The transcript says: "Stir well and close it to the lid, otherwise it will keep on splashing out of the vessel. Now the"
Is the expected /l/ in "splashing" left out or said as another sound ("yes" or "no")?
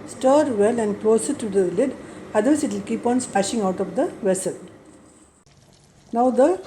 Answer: yes